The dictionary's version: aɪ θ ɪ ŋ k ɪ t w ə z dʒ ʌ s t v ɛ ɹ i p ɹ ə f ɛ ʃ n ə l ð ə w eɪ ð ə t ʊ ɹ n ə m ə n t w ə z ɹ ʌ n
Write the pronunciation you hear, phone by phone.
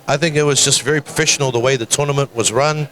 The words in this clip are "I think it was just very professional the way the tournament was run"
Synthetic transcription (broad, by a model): aɪ θ ɪ ŋ k ɪ t w ə z dʒ ʌ s t v ɛ ɹ i p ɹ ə f ɛ ʃ n l ð ə w eɪ ð ə t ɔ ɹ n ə m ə n t w ə z ɹ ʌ n